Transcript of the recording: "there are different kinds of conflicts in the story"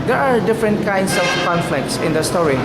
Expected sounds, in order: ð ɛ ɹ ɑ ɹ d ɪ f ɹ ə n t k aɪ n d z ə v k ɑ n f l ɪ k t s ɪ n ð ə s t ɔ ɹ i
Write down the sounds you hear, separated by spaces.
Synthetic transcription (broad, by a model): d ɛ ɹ ɑ ɹ d ɪ f ɹ ə n t k aɪ n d s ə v k ɑ n f l ɪ k t s ɪ n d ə s t ɔ ɹ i